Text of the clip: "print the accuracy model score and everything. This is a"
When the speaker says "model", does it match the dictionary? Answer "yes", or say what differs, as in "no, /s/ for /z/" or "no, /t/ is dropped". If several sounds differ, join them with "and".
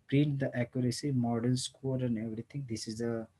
no, /n/ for /l/